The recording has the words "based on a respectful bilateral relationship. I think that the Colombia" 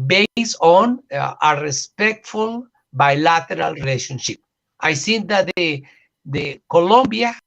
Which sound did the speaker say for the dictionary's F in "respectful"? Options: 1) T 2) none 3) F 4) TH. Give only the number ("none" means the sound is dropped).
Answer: 3